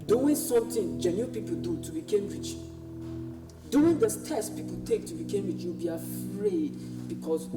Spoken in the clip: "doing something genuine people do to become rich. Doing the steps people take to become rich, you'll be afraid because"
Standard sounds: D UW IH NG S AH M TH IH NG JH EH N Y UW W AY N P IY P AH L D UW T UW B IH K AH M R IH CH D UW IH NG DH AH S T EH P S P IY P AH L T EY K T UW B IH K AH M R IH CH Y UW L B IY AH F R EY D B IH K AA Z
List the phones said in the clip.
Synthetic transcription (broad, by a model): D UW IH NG S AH M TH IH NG JH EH N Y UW P IY P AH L D UW T UW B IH K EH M R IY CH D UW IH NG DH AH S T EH S P IY P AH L T EY K T UW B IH K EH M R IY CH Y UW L B IY AH F R EY D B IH K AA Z